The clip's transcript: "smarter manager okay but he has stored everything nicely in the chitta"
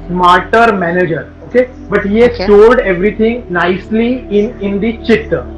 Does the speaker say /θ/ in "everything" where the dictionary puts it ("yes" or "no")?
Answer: no